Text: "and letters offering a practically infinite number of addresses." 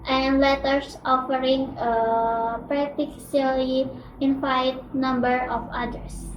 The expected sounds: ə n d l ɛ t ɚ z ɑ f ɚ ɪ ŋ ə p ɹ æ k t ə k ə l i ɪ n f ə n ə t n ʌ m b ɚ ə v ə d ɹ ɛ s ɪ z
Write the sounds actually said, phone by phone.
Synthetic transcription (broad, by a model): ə n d l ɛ t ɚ s ɑ f ɚ ɪ ŋ ə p ɹ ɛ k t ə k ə l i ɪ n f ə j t n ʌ m b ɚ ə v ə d ɹ s